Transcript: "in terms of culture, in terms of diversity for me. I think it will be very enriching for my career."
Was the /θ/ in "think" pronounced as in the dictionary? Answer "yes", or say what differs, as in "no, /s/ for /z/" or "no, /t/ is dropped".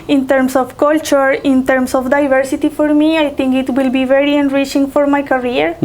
no, /t/ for /θ/